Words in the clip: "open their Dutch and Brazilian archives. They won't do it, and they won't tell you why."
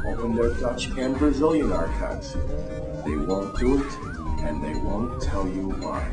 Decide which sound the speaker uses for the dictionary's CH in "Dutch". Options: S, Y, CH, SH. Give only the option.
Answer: CH